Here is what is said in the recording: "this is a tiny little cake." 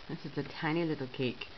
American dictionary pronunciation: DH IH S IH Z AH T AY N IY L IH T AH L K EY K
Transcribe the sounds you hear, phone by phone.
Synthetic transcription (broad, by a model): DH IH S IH S AH T AY N IY L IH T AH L K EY K